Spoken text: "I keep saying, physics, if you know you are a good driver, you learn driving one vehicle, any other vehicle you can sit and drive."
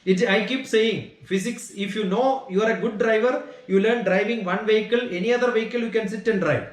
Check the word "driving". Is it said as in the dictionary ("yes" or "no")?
yes